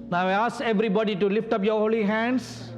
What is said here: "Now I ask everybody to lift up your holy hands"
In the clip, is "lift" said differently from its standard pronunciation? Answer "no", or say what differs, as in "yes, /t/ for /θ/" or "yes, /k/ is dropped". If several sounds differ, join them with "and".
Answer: no